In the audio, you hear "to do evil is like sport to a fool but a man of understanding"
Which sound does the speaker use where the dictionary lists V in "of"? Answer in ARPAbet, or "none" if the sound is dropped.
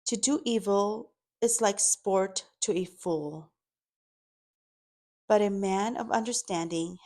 V